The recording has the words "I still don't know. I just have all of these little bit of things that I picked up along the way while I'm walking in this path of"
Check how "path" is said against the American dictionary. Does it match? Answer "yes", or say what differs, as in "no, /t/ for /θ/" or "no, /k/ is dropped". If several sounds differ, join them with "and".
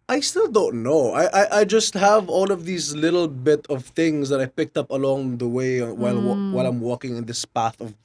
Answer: yes